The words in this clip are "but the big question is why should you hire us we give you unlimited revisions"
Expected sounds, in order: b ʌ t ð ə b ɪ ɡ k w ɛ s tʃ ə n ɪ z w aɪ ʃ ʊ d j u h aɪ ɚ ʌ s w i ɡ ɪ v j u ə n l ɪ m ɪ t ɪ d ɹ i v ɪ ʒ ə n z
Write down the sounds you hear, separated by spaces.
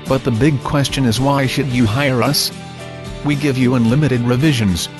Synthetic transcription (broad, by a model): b ʌ t ð ə b ɪ ɡ k w ɛ s tʃ ə n ɪ z w aɪ ʃ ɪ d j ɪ h aɪ ɚ ʌ s w i ɡ ɪ v j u ə n l ɪ m ɪ t ɪ d ɹ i v ɪ ʒ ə n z